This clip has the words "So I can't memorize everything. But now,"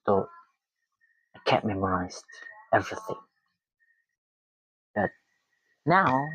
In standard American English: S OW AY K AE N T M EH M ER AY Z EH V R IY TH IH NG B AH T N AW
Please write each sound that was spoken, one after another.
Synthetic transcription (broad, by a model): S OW AY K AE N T M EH M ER AY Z EH V R IY TH IH NG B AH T N AW